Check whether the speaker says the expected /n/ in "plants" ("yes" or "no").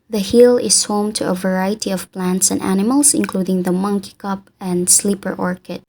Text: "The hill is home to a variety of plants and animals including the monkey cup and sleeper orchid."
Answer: yes